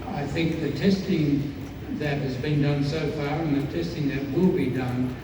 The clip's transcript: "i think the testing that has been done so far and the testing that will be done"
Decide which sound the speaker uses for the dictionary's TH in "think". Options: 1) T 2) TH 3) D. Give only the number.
2